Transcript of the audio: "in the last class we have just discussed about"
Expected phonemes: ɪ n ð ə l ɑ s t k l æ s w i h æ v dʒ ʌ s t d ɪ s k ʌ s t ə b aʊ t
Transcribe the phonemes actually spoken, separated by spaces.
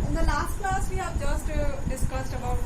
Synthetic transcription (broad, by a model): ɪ n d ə l ɑ s t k l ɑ s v i h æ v dʒ ʌ s t d ɪ s k ʌ s t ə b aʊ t